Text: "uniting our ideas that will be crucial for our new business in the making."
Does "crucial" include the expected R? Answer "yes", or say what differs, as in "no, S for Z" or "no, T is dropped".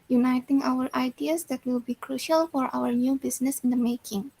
yes